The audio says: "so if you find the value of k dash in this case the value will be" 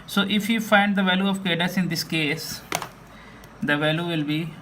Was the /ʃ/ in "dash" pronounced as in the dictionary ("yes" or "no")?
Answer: no